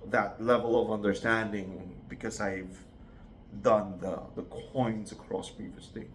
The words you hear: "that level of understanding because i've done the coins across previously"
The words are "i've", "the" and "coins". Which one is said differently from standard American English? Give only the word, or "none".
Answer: none